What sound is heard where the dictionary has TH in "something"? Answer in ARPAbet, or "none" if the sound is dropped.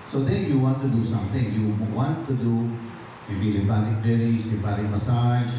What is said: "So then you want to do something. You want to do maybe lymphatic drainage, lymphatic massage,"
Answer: T